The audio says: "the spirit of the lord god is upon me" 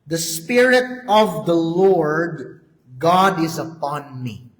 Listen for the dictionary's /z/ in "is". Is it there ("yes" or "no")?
yes